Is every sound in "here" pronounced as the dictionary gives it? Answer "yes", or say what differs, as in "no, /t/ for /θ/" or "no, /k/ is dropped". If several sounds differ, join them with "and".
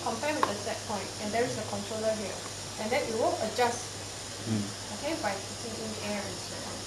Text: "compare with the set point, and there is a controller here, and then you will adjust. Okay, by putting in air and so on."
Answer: no, /l/ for /ɹ/